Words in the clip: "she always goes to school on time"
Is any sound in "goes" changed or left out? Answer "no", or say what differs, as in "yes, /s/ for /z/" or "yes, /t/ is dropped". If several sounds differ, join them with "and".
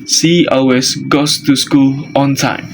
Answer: yes, /s/ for /z/